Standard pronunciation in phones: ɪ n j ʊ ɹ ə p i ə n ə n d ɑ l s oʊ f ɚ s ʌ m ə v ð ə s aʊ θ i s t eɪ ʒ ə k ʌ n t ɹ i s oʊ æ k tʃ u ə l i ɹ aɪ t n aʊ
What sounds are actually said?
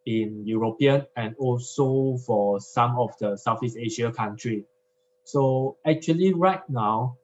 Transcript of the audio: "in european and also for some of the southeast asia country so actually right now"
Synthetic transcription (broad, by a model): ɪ n j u ɹ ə p i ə n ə n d ɑ l s oʊ f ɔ s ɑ m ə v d ə s aʊ f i s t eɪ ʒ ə k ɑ n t ɹ i s oʊ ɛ k tʃ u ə l i ɹ aɪ t n aʊ